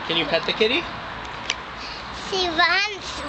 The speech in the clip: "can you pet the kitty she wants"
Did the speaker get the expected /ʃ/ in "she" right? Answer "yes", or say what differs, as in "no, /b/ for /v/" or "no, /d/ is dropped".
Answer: no, /s/ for /ʃ/